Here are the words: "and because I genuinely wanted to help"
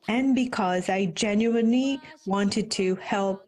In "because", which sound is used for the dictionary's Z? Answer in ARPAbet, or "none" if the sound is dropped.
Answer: Z